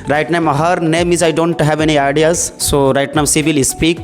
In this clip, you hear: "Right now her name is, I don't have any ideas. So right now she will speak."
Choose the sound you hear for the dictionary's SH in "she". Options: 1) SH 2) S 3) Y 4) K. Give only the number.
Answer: 2